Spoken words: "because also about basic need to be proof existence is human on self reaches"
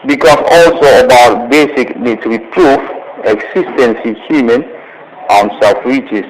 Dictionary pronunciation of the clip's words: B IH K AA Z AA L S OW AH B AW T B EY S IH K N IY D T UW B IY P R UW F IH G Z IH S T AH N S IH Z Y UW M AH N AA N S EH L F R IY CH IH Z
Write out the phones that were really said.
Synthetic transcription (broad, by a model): B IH K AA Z AA L S OW AH B AW T B EY S IH K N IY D T UW B IY P R UW F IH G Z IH S T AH N S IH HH Y UW M AH N AA N S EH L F R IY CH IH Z